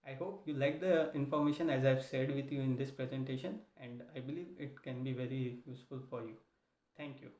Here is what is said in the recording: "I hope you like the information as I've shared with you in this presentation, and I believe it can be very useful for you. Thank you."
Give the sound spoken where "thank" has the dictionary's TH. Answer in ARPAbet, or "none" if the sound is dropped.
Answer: T